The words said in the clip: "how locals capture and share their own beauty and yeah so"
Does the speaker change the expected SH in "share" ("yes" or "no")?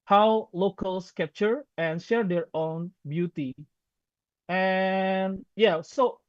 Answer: no